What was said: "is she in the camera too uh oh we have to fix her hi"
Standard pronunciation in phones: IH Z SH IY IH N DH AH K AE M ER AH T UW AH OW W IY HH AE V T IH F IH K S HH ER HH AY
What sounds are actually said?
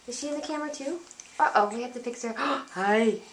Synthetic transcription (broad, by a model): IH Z SH IY IH N DH AH K AE M ER AH T UW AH OW W IY HH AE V T IH P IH K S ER HH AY